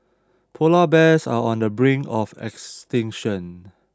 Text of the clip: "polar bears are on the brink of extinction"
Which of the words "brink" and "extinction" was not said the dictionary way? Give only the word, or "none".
brink